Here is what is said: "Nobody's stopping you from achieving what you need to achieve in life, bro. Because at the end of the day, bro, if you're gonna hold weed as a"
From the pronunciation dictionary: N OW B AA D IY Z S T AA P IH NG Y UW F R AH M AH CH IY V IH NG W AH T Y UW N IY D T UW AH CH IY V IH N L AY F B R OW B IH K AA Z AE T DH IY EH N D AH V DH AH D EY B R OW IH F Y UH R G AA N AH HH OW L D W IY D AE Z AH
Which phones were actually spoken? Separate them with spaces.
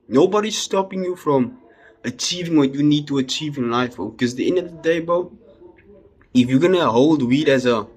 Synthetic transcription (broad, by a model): N OW B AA D IY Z S T AA P IH NG Y UW F R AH M AH CH IY V IH NG W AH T Y UW N IY D T UW AH CH IY V IH N L AY F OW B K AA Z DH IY EH N D AH V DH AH D EY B OW IH F Y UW G AA N AH HH OW L D W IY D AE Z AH